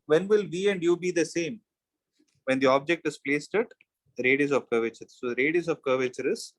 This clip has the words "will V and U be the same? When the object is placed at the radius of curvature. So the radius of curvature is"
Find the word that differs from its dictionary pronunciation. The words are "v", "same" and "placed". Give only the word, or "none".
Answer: none